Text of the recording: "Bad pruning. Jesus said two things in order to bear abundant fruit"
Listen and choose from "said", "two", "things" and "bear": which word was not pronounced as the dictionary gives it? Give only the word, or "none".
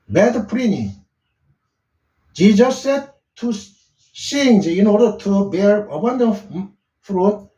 things